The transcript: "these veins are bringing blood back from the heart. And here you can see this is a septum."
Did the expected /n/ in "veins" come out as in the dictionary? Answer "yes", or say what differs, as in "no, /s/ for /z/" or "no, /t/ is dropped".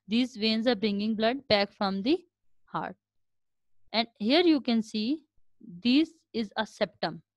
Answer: yes